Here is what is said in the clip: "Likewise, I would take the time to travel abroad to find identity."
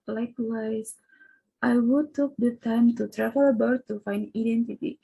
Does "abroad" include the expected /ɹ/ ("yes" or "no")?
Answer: no